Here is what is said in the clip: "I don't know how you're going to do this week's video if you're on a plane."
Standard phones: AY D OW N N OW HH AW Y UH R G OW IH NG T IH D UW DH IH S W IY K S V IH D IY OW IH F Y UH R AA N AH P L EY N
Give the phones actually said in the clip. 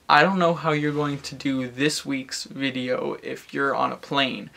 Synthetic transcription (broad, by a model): AY D OW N N OW HH AW Y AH R G OW IH NG T IH D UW DH IH S W IY K S V IH D IY OW IH F Y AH R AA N AH P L EY N